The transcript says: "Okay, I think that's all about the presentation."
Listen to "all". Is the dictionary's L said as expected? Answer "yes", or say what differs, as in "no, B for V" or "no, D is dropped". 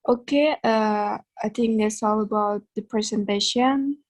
yes